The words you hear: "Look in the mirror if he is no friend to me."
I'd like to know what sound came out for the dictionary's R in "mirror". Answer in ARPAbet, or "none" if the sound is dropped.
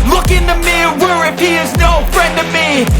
W